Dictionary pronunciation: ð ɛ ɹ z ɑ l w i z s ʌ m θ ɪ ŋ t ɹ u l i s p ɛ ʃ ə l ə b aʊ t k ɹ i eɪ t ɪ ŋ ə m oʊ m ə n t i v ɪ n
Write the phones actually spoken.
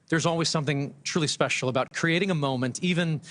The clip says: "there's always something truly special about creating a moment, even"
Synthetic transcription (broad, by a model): ð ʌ ɹ z ɑ l w i z s ʌ m θ ɪ ŋ t ɹ u l i s p ɛ ʃ l ə b aʊ t k ɹ i eɪ t ɪ ŋ ə m oʊ m ə n t i v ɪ n